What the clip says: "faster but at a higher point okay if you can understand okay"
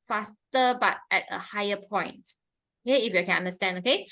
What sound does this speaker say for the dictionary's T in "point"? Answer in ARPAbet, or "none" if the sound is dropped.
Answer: T